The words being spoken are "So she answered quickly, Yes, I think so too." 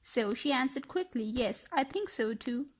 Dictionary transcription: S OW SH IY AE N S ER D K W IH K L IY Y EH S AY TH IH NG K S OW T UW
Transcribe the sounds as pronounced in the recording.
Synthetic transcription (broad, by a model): S OW SH IY AE N S ER D K W IH K L IY Y EH S AY TH IH NG K S OW T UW